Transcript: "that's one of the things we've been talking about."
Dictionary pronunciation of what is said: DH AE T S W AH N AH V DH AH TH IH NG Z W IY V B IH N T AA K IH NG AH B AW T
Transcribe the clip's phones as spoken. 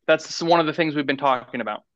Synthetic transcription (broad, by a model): DH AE T S W AH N AH V DH AH TH IH NG Z W IY V B IH N T AA K IH NG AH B AW T